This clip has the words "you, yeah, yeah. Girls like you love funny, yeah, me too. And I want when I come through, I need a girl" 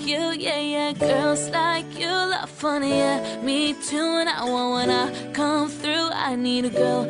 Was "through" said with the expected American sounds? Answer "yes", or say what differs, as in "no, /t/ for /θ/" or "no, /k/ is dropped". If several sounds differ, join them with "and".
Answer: yes